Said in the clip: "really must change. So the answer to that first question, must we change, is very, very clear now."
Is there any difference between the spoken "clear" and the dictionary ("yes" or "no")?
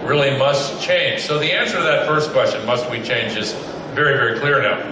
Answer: no